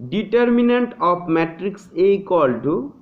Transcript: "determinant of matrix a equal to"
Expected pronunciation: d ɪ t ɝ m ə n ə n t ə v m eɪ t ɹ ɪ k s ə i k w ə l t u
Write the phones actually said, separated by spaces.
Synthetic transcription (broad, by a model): d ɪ t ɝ m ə n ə n t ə p m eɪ t ɹ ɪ k s ə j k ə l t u